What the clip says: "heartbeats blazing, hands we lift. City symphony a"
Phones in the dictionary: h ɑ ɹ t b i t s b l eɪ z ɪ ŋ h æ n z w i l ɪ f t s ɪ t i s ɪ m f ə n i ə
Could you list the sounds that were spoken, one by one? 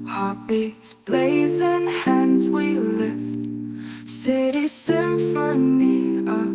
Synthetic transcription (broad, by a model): h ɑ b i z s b l eɪ z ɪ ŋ h æ n z w i l ɪ f t s ɪ t i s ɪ f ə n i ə